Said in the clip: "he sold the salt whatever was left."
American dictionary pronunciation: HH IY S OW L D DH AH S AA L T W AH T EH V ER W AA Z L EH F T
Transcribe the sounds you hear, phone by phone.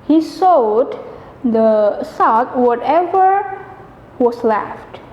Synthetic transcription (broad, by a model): HH IY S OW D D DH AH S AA T W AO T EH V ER W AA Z L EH F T